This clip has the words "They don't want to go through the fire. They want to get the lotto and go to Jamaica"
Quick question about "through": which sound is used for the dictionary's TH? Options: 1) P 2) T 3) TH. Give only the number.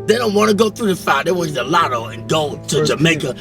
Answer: 3